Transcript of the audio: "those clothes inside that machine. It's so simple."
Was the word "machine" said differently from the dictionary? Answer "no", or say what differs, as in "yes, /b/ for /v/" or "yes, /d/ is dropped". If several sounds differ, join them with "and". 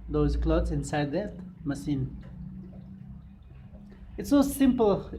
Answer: yes, /s/ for /ʃ/